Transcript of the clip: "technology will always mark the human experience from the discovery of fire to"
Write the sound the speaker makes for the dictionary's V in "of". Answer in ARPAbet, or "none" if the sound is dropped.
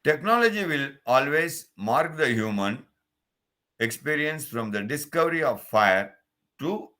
V